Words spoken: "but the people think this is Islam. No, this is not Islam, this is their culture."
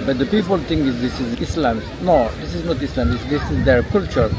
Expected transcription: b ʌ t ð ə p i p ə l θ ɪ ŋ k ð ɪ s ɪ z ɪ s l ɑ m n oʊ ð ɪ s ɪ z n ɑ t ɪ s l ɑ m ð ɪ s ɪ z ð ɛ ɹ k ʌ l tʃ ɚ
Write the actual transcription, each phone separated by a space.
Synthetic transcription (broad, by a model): b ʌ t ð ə p i p ə l t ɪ ŋ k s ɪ s ɪ z ɪ s l ɑ m n oʊ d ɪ s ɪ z n ɑ t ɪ s l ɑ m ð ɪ s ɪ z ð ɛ ɹ k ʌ l tʃ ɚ